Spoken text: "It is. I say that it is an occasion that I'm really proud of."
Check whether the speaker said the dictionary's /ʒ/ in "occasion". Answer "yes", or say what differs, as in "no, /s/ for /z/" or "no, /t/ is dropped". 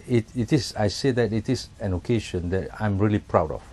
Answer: no, /ʃ/ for /ʒ/